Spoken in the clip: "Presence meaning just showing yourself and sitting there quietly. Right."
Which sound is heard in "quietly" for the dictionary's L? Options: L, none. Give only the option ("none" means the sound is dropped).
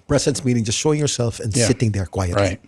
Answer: none